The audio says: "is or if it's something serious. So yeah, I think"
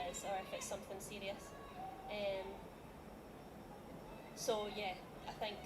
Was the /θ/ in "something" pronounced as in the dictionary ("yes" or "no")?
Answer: yes